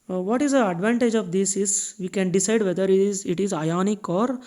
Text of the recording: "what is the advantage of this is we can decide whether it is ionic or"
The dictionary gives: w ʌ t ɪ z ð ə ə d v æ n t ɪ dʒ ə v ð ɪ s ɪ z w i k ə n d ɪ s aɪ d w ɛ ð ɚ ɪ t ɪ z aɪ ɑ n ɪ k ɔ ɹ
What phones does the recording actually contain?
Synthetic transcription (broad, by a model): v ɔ t ɪ z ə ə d v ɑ n t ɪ dʒ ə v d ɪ s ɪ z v i k ə n d ɪ s aɪ d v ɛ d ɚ ɪ t ɪ z aɪ ɑ n ɪ k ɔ ɹ